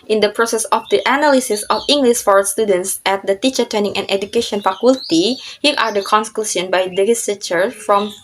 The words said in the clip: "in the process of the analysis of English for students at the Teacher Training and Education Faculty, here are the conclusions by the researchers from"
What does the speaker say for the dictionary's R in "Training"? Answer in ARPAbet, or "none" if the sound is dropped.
none